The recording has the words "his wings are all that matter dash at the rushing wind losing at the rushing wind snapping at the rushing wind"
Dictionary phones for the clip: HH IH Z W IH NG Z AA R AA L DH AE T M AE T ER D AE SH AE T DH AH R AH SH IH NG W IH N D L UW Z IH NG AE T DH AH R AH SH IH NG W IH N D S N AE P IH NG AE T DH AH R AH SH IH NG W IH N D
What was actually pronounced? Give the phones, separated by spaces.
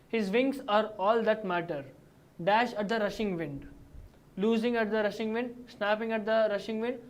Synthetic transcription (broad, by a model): HH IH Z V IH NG S AA R AA L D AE T M AE T ER D AE SH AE T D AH R AH SH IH NG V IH N D L UW Z IH NG AE T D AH R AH SH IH NG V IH N D S N AE P IH NG AE T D AH R AH SH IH NG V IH N D